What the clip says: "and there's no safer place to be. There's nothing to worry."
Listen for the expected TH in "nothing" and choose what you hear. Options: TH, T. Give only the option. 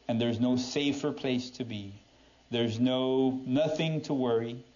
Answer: TH